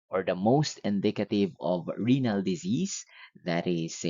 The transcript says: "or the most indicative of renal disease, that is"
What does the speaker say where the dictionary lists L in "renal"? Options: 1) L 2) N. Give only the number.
1